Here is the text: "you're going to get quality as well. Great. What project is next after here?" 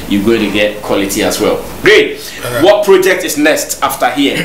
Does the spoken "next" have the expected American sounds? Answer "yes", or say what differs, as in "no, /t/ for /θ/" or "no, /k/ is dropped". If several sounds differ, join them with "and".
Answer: no, /k/ is dropped